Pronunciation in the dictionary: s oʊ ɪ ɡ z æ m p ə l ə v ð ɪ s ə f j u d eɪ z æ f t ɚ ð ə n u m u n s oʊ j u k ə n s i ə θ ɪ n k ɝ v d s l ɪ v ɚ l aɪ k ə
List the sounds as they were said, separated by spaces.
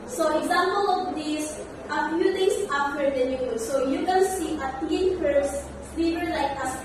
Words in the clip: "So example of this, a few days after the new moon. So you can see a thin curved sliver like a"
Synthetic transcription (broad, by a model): s oʊ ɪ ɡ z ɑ m p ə l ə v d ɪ s ə f j u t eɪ s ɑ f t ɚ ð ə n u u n s oʊ j u k ə n s i ə t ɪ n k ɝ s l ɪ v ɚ l aɪ k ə